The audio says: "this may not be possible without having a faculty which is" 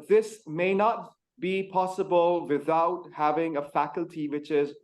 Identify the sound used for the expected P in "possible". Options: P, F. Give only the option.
P